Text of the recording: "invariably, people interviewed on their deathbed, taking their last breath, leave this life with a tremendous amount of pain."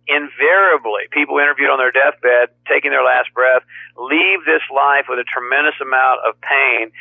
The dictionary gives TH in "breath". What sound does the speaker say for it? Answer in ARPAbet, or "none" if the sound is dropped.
TH